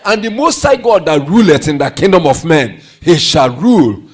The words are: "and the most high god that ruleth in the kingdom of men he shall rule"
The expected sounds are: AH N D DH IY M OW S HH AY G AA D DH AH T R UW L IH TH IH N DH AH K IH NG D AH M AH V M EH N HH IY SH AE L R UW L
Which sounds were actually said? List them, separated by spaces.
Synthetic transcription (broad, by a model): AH N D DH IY M OW S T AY G AA D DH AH T R UW L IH T IH N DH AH K IH NG D AH M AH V M EH N HH IY SH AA L R UW L